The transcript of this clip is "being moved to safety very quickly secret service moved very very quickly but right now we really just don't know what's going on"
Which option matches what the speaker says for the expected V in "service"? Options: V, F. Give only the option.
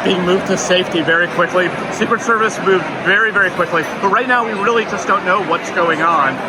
V